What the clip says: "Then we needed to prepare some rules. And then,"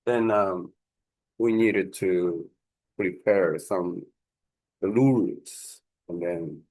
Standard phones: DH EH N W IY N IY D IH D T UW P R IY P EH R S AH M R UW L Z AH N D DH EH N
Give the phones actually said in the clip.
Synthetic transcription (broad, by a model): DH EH N W IY N IY D IH D T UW P R IY P EH R S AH M L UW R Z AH N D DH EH N